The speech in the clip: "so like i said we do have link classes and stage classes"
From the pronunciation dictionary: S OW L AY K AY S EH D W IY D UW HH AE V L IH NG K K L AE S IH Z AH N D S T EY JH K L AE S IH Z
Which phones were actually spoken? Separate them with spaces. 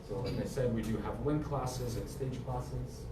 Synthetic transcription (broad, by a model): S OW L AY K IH S EH D W IY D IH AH V W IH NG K K L AE S IH Z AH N S T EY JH K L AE S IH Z